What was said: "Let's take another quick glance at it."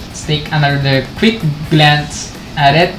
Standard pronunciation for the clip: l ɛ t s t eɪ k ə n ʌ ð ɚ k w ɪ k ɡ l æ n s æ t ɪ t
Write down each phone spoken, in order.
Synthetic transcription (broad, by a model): s t eɪ k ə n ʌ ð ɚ k w ɪ k ɡ l æ n s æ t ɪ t